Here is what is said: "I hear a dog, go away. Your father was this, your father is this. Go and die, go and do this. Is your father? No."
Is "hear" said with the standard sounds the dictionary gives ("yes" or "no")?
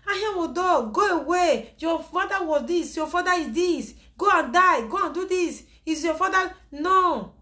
no